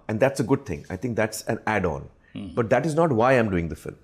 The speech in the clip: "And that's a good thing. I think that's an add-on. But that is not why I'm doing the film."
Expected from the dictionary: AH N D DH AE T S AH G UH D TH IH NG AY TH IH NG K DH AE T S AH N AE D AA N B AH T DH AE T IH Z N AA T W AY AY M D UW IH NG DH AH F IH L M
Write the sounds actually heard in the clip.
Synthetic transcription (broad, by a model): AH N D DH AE T S AH G UH D T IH NG AY T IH NG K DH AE T S AH N AE D AA N B AH T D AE T IH Z N AA T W AY AY M D UW IH NG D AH F IH L M